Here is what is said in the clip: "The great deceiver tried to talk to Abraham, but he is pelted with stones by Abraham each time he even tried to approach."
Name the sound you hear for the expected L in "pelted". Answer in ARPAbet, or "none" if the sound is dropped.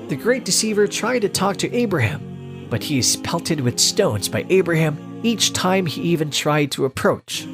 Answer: L